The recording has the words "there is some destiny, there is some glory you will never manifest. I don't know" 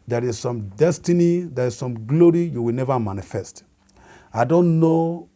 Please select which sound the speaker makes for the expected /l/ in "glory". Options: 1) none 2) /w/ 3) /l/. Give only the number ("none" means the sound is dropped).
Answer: 3